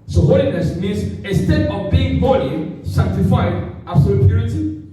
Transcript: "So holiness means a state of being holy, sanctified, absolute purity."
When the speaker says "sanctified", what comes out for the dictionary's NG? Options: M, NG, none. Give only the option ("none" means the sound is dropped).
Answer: none